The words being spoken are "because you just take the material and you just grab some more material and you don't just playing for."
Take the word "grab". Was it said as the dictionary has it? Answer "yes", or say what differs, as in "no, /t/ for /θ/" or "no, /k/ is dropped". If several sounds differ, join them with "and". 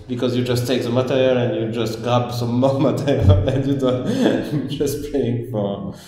no, /ɹ/ is dropped